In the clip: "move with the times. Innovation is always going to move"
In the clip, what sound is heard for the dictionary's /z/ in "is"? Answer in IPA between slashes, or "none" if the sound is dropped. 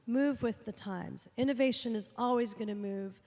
/z/